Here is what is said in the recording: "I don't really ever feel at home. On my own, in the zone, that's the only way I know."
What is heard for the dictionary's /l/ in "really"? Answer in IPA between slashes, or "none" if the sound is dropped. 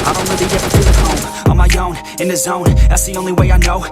none